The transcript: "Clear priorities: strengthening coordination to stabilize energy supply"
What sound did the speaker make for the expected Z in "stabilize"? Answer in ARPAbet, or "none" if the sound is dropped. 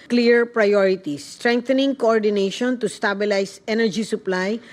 S